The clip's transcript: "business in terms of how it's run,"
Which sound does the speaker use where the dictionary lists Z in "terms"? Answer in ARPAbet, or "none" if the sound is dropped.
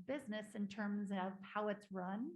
Z